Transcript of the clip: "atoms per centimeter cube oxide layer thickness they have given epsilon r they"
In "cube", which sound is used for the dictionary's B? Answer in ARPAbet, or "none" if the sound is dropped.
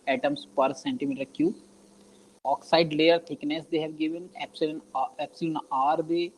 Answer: none